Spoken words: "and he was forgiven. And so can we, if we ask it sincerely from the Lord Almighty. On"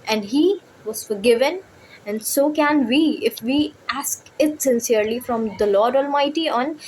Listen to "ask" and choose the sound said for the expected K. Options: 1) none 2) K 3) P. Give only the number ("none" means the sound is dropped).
2